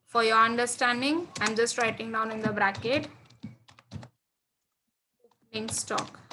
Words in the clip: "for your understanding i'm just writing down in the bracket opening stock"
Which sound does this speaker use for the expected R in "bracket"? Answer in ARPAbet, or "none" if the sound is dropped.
R